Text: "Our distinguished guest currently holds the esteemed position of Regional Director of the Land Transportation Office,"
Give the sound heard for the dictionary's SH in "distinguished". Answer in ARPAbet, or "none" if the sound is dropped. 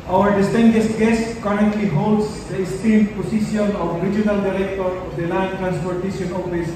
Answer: S